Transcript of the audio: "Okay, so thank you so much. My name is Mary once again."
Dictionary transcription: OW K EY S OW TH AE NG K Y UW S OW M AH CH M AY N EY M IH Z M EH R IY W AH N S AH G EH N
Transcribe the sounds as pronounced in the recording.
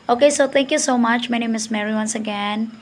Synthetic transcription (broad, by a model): OW K EY S OW T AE NG K Y UW S OW M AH CH M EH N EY M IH S M EH R IY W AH N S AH G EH N